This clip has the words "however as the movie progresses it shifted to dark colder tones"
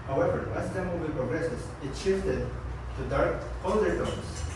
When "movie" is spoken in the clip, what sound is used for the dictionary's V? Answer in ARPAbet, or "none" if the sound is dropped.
B